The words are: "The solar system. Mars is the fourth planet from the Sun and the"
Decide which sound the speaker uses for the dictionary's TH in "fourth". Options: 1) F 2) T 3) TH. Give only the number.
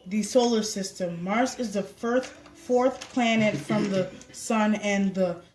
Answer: 3